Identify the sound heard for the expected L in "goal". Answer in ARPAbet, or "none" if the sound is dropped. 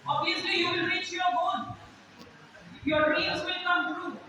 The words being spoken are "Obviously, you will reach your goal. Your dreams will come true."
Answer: N